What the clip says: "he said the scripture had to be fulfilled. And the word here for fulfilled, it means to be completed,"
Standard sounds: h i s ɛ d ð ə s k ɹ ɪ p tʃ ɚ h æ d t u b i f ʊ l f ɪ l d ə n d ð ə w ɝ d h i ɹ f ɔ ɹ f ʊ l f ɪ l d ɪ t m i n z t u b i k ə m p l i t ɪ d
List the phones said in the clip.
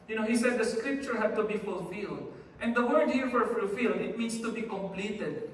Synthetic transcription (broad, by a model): h i s ɛ d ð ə s k ɹ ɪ p tʃ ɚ h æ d t u b i f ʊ l f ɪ l d ə n d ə w ɝ d h i ɹ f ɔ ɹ f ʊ l f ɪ l d ɪ t m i n s t u b i k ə m p l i t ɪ d